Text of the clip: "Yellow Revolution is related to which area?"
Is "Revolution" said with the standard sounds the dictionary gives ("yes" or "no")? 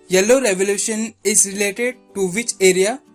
yes